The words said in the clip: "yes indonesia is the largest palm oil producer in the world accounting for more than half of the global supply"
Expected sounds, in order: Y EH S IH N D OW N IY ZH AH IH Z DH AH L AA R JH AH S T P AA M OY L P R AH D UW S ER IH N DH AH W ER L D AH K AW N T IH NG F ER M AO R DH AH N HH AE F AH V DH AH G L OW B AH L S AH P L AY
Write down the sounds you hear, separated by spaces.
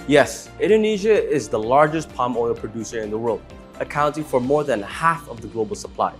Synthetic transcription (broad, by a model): Y EH S IH N D OW N IY ZH AH IH Z DH AH L AA R JH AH S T P AA M OY L P R AH D UW S ER IH N DH AH W ER L D AH K AW N T IH NG F ER M AO R DH AH N HH AE F AH V DH AH G L OW B AH L S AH P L AY